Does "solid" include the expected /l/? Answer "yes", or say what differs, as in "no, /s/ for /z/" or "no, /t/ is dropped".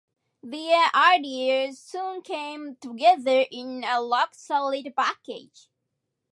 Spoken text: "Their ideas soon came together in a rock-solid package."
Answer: yes